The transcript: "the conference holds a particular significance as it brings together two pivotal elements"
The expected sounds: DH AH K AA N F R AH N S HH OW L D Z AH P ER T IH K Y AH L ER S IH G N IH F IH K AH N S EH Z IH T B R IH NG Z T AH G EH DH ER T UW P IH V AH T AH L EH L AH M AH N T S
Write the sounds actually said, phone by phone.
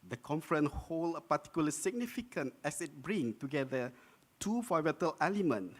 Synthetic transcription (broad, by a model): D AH K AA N F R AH N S HH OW L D AH P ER T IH K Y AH L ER S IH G N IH F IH K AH N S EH S IH T B R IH NG T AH G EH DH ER T UW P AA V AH T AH L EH L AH M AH N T